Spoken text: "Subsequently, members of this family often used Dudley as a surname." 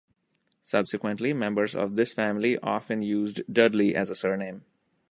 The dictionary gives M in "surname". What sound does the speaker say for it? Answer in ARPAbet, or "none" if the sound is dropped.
M